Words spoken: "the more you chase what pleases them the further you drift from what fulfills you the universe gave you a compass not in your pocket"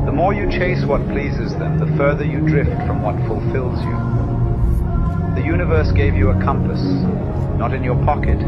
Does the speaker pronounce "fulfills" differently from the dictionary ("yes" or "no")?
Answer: no